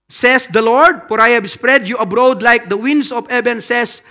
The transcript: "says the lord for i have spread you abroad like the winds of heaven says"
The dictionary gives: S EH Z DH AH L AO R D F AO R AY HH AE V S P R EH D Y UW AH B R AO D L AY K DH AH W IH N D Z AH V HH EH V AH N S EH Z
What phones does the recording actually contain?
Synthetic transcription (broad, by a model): S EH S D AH L AO R D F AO R AY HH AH B S P R EH D Y UW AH B R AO D L AY K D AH W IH N D S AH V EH B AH N S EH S